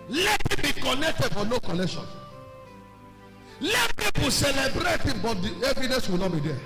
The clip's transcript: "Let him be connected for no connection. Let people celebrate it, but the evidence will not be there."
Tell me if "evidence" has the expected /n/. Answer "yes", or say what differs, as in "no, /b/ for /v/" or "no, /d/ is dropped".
no, /n/ is dropped